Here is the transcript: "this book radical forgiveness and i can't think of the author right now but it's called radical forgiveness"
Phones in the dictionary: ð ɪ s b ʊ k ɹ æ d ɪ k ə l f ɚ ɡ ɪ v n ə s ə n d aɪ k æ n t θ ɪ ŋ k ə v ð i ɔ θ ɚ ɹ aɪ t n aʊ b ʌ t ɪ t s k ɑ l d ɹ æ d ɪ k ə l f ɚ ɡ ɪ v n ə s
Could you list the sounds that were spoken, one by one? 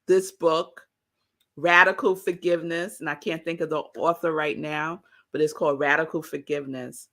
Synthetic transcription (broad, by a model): ð ɪ s b ʊ k ɹ æ d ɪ k l f ɚ ɡ ɪ v n ə s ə n aɪ k æ n θ ɪ ŋ k ə v ð i ɔ θ ɚ ɹ aɪ t n aʊ b ʌ t ɪ t s k ɑ l d ɹ æ d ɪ k l f ɚ ɡ ɪ v n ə s